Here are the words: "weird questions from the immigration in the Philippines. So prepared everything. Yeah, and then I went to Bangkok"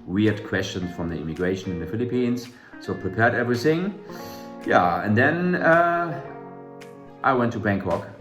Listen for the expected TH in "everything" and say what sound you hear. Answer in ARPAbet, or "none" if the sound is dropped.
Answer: TH